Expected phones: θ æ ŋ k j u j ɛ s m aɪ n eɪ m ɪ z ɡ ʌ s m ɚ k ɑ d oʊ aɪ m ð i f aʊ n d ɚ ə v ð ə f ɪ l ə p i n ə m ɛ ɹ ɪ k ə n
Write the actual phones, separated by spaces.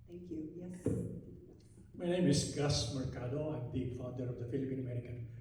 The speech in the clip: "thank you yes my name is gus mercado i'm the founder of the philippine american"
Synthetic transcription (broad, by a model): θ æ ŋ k j u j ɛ m aɪ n eɪ m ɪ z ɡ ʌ s m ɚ k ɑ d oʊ aɪ m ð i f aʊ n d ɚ ə v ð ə f ɪ l ə p i n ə m ɛ ɹ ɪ k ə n